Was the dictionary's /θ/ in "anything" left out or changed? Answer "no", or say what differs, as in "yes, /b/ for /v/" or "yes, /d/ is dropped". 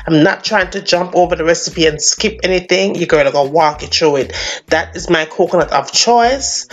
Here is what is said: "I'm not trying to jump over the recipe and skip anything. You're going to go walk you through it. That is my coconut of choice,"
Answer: no